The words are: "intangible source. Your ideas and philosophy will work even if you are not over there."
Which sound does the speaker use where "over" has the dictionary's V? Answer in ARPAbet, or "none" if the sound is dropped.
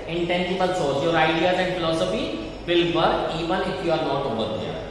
B